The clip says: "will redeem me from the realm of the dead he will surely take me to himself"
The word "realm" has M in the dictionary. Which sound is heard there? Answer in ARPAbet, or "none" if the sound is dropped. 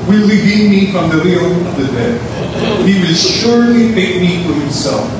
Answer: none